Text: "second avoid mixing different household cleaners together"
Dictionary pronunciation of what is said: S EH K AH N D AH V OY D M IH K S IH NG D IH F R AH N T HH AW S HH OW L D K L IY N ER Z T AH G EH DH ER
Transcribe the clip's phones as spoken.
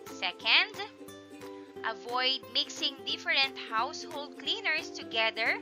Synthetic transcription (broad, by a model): S EH K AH N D AH V OY D M IH K S IH NG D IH F R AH N T HH AW S HH OW L D K L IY N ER S T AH G EH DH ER